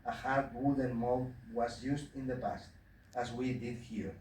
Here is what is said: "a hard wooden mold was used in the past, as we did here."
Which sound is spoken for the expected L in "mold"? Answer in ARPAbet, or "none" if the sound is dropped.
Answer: none